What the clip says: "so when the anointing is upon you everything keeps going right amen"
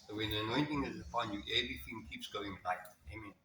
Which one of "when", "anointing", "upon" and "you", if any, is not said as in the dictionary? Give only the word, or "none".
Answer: upon